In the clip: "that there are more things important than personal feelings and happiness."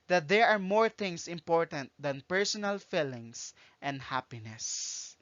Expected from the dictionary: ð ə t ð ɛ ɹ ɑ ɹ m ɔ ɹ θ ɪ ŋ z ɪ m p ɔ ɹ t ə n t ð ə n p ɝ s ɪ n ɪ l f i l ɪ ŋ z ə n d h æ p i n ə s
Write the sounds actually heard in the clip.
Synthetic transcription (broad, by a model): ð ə t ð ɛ ɹ ɑ ɹ m ɔ ɹ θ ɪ ŋ s ɪ m p ɔ ɹ t ə n t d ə n p ɝ s ɪ n ɪ l f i l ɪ ŋ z ə n d h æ p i n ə s